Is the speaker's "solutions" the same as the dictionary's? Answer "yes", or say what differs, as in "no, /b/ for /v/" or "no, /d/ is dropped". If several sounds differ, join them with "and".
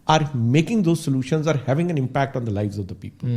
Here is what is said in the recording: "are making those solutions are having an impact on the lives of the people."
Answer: yes